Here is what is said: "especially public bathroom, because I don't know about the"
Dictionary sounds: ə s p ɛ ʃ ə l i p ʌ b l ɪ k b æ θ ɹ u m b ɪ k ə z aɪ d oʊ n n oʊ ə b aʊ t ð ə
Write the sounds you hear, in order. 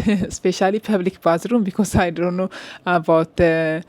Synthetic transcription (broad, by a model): s p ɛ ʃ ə l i p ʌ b l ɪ k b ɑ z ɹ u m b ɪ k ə s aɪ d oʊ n n oʊ ə b aʊ t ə